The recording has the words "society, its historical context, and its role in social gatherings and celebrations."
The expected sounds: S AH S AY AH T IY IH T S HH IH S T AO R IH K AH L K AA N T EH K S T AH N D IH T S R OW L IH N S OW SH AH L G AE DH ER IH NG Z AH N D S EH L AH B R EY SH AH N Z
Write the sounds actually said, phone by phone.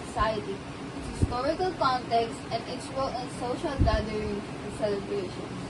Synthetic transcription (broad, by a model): S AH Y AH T IY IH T HH IH S T AO R IH K AH L K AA N T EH K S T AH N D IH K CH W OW L IH N S OW SH AH L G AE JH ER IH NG AH S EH L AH B R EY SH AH N